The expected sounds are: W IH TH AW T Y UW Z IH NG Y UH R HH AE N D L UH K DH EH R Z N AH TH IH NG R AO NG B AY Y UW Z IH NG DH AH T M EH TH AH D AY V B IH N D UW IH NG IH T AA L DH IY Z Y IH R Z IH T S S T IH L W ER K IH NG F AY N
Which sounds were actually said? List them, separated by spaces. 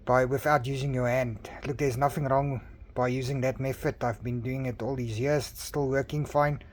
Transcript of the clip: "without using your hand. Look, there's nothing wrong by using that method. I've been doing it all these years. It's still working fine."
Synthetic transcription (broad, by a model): W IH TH AW T Y UW Z IH NG Y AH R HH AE N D L UH K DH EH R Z N AH TH IH NG R AO NG B AY Y UW Z IH NG DH AH T M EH F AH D AY V B IH N D UW IH NG IH T AA L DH IY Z Y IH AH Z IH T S S T IH L W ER K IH NG F AY N